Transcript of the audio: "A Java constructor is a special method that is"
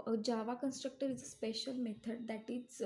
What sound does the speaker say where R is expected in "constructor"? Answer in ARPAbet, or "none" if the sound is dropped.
R